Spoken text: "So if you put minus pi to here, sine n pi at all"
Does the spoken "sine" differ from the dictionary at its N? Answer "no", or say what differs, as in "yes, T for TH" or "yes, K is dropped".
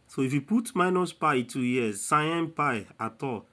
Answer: yes, N is dropped